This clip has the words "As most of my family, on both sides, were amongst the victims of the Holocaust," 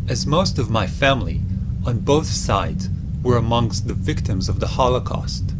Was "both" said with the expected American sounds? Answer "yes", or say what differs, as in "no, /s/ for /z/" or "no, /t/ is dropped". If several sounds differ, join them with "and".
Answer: yes